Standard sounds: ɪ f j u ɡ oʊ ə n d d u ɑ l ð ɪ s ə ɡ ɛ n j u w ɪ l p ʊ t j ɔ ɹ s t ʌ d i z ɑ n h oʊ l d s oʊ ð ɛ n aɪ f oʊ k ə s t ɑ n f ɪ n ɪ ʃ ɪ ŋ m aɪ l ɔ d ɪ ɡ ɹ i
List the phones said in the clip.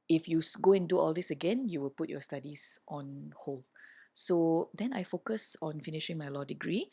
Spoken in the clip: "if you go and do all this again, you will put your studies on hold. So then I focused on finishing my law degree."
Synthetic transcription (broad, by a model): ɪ f j u ɡ oʊ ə n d d u ɑ l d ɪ s ə ɡ ɛ n j u w ɪ l p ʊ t j ɔ s t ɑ d i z ɑ n h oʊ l s oʊ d ɛ n aɪ f oʊ k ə s ɑ n f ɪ n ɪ ʃ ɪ ŋ m aɪ l ɔ d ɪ ɡ ɹ i